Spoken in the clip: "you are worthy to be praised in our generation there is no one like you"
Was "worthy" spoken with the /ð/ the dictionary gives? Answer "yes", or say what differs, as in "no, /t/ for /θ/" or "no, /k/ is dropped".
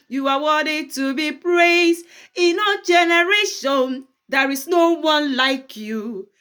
no, /ð/ is dropped